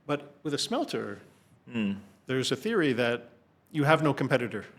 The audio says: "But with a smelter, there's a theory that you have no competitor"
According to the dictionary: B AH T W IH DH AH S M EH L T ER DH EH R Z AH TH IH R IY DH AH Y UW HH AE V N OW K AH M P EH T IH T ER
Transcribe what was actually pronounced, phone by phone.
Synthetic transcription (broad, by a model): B AH T W IH DH AH S M EH L T ER DH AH R Z AH TH IH R IY DH AH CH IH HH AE V N OW K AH M P EH T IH T ER